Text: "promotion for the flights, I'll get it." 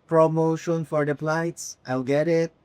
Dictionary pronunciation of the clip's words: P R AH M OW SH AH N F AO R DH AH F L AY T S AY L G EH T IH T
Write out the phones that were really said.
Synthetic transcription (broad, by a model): P R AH M OW SH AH N F AO R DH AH P L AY T S AY L G EH T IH T